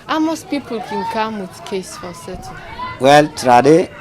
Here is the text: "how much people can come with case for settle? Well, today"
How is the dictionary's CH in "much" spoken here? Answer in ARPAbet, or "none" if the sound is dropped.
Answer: S